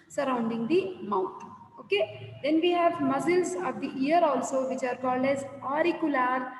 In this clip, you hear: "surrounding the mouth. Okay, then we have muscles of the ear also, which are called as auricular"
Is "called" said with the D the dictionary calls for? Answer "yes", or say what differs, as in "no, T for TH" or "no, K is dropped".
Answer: yes